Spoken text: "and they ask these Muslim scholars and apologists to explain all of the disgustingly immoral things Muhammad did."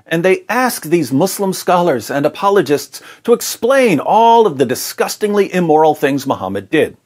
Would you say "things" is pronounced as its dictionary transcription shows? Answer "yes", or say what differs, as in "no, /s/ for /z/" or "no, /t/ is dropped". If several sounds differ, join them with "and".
yes